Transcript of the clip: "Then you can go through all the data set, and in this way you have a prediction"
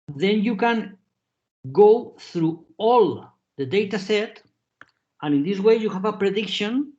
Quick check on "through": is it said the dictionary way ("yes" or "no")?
yes